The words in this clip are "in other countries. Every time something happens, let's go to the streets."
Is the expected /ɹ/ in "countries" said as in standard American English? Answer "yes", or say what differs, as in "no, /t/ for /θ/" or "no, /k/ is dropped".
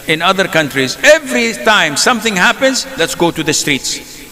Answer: yes